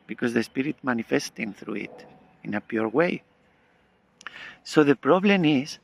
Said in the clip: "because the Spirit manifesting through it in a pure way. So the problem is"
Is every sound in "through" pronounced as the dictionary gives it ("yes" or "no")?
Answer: yes